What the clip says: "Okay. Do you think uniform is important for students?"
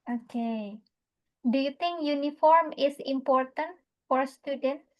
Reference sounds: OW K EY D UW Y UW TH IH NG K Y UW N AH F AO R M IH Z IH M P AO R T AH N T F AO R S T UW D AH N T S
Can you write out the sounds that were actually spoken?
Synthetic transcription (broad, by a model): OW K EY D UW Y UW T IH NG K Y UW N AH F AO R M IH S IH M P AO R T AH N T F AO R S T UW D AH N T